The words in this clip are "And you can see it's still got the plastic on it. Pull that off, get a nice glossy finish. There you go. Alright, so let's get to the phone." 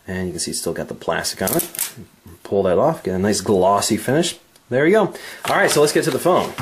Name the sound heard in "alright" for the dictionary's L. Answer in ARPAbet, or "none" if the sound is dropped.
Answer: L